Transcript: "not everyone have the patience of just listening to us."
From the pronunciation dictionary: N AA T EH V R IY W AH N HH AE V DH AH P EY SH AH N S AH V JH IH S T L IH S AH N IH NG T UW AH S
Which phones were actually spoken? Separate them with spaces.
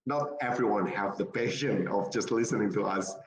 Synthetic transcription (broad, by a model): N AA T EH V R IY W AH N HH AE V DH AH P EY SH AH N AH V JH IH S T L IH S AH N IH NG T UW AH S